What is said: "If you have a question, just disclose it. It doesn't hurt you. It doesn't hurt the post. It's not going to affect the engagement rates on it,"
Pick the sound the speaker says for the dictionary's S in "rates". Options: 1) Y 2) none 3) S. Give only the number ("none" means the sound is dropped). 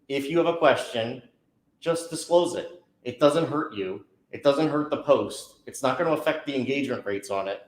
3